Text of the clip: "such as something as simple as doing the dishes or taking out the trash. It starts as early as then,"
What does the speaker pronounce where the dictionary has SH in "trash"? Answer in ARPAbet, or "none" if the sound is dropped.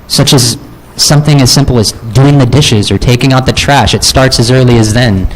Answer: SH